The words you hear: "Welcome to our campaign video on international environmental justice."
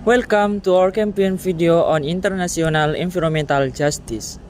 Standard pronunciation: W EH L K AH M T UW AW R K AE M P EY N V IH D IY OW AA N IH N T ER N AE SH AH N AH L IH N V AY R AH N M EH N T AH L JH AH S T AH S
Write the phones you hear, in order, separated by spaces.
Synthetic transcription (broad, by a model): W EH L K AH M T UW AW R K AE M P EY N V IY D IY OW AA N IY N T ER N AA S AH N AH L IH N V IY R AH M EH N T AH L JH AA S T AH S